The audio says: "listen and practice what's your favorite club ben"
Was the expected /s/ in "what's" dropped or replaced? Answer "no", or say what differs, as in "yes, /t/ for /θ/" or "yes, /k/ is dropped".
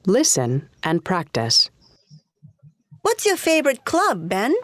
no